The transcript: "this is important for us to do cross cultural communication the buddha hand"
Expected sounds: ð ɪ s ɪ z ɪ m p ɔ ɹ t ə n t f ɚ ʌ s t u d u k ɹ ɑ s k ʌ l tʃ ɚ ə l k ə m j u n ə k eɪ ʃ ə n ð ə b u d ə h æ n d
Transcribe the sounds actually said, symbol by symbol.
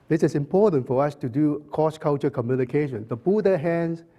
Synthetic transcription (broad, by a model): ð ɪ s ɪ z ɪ m p ɔ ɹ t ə n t f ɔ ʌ s t u d u k ɑ s k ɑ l tʃ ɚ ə k ə m j u n ə k eɪ ʃ ə n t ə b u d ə h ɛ n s